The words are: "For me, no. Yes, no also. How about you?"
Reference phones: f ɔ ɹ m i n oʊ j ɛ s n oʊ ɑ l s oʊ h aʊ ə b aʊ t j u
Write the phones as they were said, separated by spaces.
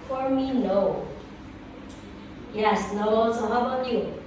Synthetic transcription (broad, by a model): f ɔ ɹ m i n oʊ j ɛ s n oʊ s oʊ h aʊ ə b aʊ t j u